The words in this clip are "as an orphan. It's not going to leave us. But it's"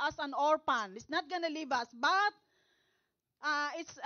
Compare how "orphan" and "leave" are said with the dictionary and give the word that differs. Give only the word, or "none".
orphan